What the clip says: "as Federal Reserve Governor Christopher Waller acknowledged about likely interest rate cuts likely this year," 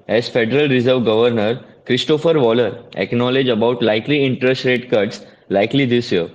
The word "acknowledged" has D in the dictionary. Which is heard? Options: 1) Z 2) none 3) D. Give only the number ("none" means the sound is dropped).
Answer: 2